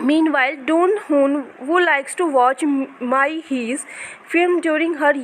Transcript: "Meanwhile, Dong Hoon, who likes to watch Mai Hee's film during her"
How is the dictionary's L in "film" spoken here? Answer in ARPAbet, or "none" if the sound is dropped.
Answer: none